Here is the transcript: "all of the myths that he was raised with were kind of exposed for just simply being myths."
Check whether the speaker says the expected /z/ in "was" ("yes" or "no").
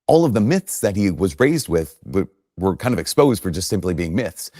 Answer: yes